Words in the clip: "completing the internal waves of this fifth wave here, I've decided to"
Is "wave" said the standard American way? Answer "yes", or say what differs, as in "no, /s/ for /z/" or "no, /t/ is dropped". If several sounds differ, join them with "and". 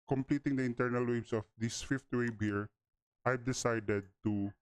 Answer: no, /b/ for /v/